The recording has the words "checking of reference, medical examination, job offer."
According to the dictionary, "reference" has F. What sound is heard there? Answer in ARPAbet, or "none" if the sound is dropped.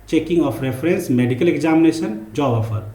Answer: P